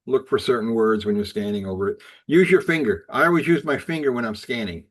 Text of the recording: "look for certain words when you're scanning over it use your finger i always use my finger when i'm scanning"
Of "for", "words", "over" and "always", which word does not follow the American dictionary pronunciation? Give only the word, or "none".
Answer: none